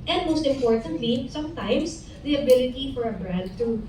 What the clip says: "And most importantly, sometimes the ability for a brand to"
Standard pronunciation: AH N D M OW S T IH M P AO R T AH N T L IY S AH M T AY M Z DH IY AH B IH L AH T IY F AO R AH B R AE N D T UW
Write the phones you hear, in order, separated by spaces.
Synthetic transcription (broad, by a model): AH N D M OW S T IH M P AO R T AH N T L IY S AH M T AY M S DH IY AH B IH L AH T IY F AO R AH B R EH D T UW